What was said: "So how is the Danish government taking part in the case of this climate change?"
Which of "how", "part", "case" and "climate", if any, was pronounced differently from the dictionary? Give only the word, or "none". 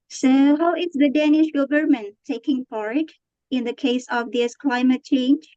part